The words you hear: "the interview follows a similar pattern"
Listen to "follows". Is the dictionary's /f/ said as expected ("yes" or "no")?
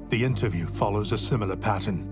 yes